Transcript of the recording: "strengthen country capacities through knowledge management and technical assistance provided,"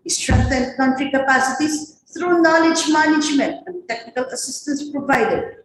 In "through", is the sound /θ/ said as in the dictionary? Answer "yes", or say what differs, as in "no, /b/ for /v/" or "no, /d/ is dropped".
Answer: no, /t/ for /θ/